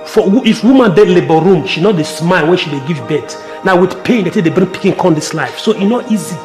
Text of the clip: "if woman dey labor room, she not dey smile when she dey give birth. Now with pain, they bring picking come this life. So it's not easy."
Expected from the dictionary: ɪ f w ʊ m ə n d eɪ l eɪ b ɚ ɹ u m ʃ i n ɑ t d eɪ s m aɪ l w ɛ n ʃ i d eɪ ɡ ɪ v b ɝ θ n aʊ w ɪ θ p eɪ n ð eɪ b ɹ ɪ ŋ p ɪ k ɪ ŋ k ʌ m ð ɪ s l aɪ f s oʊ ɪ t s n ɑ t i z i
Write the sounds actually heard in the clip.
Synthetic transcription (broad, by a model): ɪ f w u m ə n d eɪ l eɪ b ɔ ɹ u m ʃ i n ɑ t d eɪ s m aɪ l w ɛ n ʃ i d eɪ ɡ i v b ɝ t n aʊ w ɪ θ p eɪ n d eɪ b ɹ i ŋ p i k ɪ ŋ k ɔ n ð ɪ s l aɪ f s oʊ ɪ n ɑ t i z i